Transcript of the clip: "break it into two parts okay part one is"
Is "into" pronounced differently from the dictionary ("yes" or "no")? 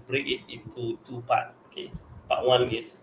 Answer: yes